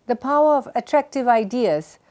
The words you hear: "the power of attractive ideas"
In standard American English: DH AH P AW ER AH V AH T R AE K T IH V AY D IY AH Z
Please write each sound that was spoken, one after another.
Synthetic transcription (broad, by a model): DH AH P AW ER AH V AH T R AE K T IH V AY D IY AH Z